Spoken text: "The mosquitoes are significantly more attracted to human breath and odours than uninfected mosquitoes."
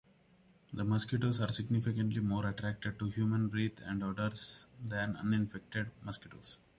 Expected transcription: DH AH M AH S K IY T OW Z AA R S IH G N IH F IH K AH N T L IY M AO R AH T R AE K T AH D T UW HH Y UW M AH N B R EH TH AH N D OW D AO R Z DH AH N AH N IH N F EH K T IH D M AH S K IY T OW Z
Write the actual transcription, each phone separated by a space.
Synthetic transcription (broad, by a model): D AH M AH S K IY T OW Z AA R S IH G N IH F IH K AH N T L IY M AO R AH T R AE K T AH D T UW HH Y UW M AH N R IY T AH N D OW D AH R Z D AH N AH N IH N F EH K T IH D M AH S K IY T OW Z